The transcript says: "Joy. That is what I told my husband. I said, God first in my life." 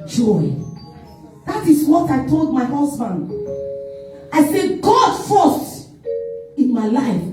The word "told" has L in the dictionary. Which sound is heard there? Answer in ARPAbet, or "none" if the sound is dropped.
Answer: L